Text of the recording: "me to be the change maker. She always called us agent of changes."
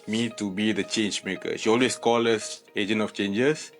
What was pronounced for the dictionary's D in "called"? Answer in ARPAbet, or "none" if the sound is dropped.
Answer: none